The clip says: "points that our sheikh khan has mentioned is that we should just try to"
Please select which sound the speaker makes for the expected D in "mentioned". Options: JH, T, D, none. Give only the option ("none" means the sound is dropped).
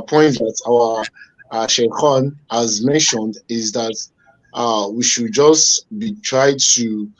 D